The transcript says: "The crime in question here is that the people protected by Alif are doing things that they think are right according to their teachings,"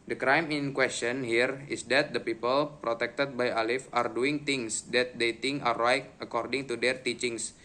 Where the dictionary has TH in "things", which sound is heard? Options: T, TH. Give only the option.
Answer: T